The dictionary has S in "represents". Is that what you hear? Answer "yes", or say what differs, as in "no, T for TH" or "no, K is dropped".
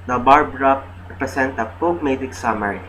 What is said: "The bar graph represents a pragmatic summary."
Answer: no, S is dropped